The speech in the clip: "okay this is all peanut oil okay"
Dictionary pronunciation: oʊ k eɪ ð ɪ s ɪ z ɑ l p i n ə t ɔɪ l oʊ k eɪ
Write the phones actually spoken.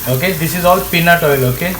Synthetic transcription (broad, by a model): oʊ k eɪ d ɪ s ɪ z ɑ l p i n ə t ɔɪ l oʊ k eɪ